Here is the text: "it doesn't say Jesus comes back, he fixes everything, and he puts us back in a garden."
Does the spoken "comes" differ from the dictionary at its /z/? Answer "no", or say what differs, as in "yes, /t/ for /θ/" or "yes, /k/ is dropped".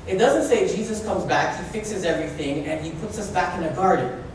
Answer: no